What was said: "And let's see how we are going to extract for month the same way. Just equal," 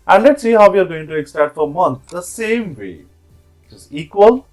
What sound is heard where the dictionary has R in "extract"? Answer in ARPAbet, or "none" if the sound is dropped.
none